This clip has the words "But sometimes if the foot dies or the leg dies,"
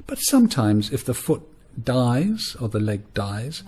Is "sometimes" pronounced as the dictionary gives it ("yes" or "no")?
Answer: yes